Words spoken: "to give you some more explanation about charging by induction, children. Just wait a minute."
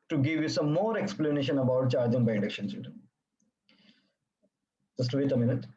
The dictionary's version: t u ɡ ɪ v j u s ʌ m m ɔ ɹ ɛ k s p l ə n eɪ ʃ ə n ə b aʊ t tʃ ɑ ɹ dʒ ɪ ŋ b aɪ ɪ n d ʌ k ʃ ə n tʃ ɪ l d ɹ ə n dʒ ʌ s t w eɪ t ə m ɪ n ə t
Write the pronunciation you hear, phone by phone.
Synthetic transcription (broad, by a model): t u ɡ ɪ v j u s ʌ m m ɔ ɹ ɛ k s p l ə n eɪ ʃ ə n ə b aʊ t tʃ ɑ ɹ dʒ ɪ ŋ b aɪ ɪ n d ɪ k ʃ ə n s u d ə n dʒ ʌ s t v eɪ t ə m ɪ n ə t